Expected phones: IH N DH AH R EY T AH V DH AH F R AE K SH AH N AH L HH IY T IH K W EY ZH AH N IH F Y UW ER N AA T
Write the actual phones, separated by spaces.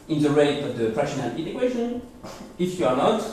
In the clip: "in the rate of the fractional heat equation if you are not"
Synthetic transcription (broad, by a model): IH N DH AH R EY T AH V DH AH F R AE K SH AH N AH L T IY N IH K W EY SH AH N IH F Y UW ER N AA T